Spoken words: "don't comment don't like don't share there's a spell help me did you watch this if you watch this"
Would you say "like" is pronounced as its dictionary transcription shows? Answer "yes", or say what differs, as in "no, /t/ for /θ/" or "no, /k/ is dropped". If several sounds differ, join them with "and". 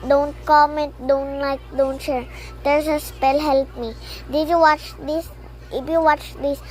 yes